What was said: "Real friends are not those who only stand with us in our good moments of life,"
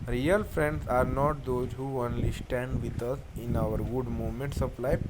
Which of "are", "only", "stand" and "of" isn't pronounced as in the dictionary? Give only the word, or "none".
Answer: of